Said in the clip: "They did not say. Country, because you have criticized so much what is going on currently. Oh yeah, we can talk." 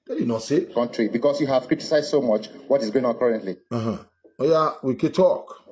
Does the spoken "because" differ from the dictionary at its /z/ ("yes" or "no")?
yes